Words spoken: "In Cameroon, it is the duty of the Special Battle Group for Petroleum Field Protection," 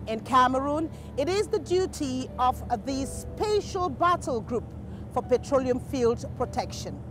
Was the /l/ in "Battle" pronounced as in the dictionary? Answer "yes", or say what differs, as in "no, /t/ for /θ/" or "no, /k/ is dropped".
yes